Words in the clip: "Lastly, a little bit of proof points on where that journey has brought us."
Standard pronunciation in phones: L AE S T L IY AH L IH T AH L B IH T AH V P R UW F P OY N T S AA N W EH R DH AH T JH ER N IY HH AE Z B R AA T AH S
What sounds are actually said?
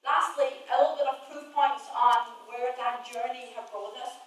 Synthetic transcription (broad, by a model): L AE S T L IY AH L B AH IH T AH V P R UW P OY N T S N W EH R DH AH T JH ER N IY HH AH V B AA AH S